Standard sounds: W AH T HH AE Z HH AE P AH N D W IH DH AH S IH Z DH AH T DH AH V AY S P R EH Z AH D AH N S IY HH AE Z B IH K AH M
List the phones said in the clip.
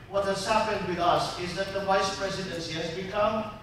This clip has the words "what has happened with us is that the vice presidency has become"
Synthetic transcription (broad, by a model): W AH T HH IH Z HH AE P AH N D W IH DH AH S IH Z DH AH T DH AH V AY S P R EH Z AH D AH N S IY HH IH Z B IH K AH M